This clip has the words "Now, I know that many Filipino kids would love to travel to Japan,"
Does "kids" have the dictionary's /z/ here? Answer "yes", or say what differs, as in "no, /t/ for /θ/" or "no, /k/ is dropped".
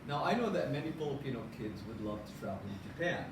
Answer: yes